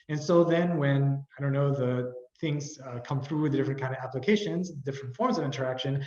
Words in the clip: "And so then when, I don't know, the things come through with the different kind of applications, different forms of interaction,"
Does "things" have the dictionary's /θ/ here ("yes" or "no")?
yes